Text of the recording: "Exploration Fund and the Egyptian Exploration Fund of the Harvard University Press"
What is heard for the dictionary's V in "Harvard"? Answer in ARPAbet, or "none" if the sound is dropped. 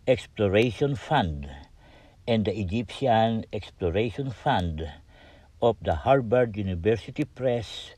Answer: B